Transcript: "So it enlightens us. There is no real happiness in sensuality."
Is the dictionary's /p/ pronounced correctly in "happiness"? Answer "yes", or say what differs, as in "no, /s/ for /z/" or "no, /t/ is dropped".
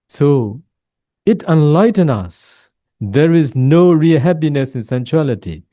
yes